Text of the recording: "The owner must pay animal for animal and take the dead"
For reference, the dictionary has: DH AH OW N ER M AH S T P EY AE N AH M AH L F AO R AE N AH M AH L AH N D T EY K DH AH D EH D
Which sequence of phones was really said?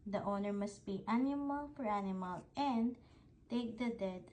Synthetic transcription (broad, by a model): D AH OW N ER M AH S T B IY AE N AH M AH L F AO R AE N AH M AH L AH N D T EY K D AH D EH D